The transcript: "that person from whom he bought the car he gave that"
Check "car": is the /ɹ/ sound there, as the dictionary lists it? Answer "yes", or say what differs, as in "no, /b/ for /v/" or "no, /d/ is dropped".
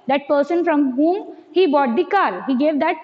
no, /l/ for /ɹ/